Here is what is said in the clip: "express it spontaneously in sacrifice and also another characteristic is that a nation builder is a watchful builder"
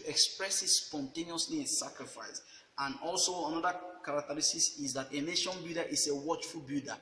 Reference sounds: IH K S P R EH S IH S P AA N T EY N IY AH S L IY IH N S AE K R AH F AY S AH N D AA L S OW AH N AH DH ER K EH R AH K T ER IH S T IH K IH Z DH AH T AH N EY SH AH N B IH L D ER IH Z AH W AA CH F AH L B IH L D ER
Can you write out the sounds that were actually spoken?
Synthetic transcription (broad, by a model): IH K S P R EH S IH S P AA N T EY N IY AH S L IY IH N S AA K R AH F AY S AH N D AA L S OW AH N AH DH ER K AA R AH K T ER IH S T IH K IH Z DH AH T AH N EY SH AH N B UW D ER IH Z AH W AA CH F AH L B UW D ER